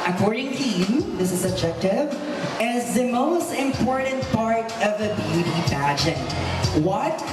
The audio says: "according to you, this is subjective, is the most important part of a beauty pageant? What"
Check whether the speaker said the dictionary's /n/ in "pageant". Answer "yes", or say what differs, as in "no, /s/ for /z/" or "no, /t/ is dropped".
no, /n/ is dropped